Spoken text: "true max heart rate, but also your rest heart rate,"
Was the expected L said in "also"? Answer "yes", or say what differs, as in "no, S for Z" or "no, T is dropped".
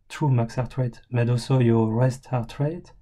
no, L is dropped